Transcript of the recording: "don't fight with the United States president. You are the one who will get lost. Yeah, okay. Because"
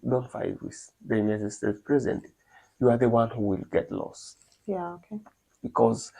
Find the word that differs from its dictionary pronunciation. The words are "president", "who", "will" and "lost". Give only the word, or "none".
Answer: president